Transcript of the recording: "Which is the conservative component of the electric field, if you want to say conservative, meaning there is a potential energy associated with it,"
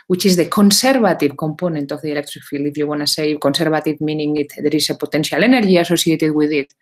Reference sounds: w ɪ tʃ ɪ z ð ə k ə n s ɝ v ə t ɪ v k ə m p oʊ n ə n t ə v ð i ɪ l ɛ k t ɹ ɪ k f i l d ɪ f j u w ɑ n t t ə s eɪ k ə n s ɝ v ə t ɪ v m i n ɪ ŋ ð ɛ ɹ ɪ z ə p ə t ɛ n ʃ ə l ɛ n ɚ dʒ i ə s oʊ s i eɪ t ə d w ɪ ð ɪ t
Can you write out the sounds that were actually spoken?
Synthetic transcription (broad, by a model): w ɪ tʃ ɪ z ð ə k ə n s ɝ b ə t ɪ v k ə m p oʊ n ə n t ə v ð i ɪ l ɛ k t ɹ ɪ k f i l ɪ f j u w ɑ n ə s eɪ k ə n s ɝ b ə t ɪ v m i n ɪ ŋ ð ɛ ɹ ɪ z ə p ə t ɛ n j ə l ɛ n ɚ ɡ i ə s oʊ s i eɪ t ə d w ɪ ð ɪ t